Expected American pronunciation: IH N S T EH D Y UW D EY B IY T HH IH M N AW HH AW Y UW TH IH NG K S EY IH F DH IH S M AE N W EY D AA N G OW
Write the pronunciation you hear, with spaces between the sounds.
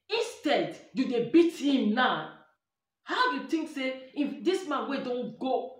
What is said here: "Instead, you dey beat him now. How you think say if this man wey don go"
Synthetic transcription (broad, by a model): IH N S T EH D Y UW D EY B IY T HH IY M N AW HH AW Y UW T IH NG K S EY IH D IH S M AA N W EY D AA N G OW